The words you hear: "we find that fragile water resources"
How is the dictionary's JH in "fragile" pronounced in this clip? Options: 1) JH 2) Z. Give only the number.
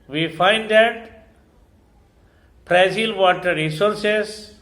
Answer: 2